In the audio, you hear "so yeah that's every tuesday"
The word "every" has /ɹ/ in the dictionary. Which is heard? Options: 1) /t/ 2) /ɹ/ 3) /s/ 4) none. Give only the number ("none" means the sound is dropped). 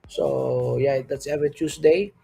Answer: 4